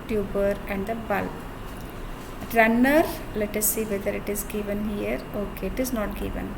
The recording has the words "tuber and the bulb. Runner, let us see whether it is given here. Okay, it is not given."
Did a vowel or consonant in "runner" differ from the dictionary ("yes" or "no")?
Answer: no